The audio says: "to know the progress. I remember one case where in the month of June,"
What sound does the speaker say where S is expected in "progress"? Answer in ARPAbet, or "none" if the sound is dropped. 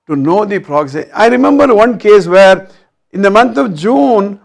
none